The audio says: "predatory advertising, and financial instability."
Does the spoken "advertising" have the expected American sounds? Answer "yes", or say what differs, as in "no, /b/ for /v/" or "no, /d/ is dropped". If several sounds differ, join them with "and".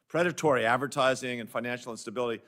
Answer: yes